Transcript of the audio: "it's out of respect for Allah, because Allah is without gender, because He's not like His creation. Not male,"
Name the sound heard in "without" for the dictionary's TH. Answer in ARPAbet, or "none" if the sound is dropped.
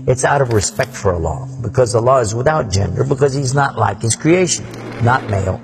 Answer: TH